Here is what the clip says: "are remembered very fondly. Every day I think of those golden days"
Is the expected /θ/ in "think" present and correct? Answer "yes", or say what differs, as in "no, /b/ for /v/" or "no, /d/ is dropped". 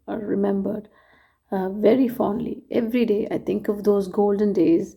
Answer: no, /t/ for /θ/